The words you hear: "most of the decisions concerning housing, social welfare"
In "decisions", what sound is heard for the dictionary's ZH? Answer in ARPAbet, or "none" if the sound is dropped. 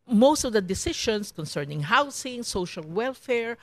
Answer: SH